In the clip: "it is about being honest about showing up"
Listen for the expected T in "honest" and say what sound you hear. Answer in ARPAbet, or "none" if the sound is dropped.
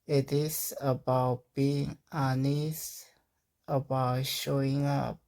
none